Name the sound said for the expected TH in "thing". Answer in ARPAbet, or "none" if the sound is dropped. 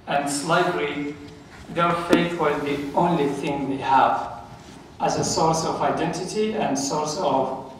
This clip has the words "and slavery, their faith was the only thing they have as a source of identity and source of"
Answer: TH